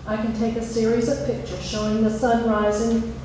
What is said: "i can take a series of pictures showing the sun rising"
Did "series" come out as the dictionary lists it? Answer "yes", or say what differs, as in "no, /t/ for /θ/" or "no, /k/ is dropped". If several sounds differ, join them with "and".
yes